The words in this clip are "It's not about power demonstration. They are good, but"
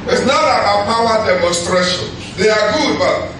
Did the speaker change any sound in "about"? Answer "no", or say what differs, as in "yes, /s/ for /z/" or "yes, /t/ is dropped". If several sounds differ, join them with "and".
yes, /b/ is dropped